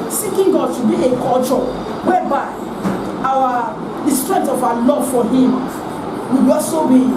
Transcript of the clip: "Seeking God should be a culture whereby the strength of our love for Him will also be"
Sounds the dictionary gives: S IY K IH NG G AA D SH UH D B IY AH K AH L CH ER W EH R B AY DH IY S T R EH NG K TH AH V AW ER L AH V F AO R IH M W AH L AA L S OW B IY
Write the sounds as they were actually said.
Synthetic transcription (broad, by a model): S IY K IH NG G AA D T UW B IY AH K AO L CH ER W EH B AY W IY S T R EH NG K T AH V AW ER L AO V F AO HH IH M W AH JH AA S OW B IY